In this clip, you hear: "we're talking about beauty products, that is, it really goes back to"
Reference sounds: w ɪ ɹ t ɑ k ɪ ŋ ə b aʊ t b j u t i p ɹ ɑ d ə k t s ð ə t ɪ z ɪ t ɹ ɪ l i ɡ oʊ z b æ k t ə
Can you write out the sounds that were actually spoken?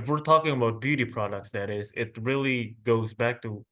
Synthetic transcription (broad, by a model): w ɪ ɹ t ɑ k ɪ ŋ ə b aʊ t b j u t i p ɹ ɑ d ə k t s ð ə t ɪ z ɪ t ɹ ɪ l i ɡ oʊ z b æ k t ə